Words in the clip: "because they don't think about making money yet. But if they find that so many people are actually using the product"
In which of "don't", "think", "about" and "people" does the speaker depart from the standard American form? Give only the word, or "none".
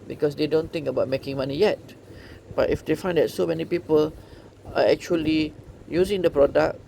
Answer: think